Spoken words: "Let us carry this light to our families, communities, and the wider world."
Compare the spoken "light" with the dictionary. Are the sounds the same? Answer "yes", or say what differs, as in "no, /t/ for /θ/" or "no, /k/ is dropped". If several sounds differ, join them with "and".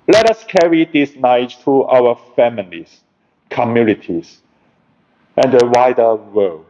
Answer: no, /n/ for /l/